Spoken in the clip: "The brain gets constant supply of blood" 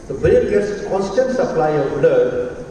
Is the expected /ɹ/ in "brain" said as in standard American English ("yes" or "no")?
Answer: no